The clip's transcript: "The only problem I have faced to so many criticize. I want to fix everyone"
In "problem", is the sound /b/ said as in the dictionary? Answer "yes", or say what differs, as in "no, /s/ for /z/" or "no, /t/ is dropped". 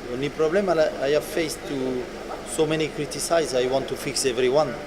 no, /b/ is dropped